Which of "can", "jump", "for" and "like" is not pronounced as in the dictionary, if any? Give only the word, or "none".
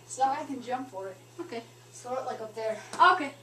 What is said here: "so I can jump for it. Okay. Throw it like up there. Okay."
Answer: none